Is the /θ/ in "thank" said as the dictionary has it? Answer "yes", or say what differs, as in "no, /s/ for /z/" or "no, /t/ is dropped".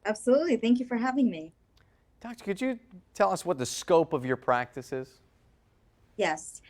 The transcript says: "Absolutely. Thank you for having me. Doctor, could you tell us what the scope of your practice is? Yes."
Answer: yes